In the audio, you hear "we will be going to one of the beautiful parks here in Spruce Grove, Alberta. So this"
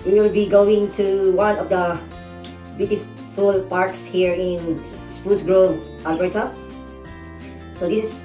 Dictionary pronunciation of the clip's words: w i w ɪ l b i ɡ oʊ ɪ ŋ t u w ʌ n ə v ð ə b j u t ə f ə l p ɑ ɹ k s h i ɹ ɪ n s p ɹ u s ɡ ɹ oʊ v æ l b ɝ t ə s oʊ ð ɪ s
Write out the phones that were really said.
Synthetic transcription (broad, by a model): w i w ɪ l b i ɡ oʊ ɪ ŋ t u w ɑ n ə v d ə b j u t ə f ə l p ɑ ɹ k s h i ɹ ɪ n s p u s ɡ ɹ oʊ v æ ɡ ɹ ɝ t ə s oʊ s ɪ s